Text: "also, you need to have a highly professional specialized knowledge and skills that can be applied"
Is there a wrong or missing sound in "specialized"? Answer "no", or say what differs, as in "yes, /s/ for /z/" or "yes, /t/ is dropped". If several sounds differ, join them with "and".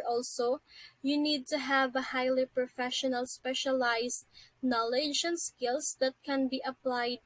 yes, /s/ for /z/